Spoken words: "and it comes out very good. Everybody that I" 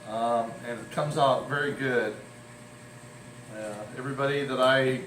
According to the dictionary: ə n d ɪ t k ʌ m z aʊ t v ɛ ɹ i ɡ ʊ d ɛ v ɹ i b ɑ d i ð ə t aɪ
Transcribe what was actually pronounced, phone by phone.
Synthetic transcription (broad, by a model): ə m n ɪ t k ʌ m z aʊ t v ɛ ɹ i ɡ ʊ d ɛ v ɹ i b ɑ d i ð ə t aɪ